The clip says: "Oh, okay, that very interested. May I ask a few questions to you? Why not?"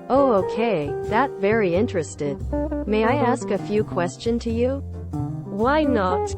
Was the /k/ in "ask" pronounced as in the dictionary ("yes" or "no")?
yes